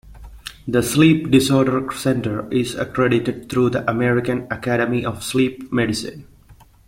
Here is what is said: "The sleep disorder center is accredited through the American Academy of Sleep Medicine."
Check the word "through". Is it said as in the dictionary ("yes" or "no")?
no